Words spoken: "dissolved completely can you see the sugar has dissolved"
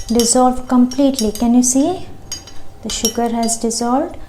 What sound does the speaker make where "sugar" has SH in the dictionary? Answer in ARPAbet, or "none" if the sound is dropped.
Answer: SH